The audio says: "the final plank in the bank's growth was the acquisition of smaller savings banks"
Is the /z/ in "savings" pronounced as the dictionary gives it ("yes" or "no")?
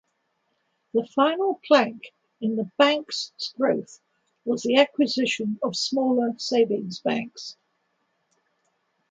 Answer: yes